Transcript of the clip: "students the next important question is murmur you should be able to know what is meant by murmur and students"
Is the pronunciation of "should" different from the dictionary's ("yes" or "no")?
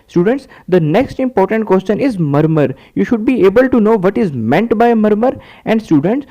no